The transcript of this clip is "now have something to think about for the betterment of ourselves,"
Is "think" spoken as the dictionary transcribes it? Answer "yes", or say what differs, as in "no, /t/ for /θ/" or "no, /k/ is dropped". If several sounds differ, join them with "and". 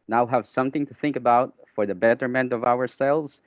yes